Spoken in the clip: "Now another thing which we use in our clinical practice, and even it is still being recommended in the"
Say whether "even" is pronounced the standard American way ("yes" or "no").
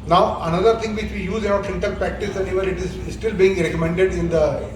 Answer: no